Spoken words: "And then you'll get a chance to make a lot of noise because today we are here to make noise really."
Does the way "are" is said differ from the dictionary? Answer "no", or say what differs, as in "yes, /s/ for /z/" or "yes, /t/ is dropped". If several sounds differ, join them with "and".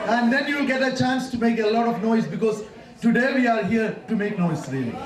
no